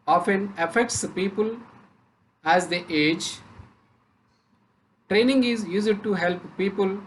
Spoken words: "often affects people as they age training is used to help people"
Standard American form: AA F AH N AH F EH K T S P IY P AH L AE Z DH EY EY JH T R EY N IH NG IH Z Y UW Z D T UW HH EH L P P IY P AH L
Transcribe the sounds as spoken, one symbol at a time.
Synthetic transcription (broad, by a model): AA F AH N AH F EH K T S P IY P AH L AE Z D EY EY JH T R EY N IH NG IH Z Y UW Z D T UW HH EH L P P IY P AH L